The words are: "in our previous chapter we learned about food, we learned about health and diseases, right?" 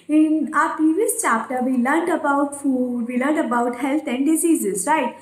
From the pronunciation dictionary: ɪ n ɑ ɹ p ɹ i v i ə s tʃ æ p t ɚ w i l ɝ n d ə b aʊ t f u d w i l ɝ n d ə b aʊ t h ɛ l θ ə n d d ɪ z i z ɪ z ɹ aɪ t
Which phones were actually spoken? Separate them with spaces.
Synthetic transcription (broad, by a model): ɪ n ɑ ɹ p i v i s tʃ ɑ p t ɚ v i l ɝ n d ə b aʊ t f u d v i l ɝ n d ə b aʊ t h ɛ l t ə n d d ɪ z i z ɪ z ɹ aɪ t